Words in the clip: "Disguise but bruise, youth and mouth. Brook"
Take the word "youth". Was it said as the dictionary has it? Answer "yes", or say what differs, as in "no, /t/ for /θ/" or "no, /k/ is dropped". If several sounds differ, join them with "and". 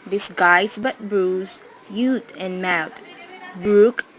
no, /t/ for /θ/